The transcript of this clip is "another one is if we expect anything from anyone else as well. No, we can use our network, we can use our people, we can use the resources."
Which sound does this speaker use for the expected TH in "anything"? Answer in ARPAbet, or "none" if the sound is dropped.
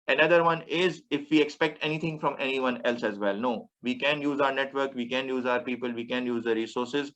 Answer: T